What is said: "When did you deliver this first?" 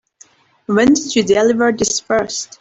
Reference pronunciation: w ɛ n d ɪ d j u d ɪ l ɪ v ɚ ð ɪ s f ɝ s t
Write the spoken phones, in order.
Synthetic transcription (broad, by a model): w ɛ n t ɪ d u d ɪ l ɪ v ɚ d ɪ s p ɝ s t